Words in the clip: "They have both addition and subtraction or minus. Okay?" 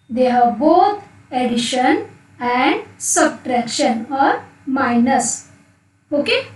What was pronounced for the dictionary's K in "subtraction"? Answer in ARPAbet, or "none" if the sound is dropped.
K